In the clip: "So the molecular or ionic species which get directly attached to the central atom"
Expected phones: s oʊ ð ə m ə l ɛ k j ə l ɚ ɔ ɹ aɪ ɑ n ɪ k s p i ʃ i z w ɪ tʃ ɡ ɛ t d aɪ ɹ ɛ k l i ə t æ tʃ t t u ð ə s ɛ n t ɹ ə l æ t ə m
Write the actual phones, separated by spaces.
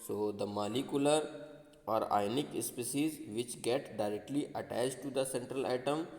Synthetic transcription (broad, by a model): s oʊ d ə m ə l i k j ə l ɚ ɔ ɹ aɪ n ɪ k s p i s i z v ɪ tʃ ɡ ɛ t d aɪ ɹ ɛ k l i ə t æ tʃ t t u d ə s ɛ n t ɹ ə l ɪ t ə m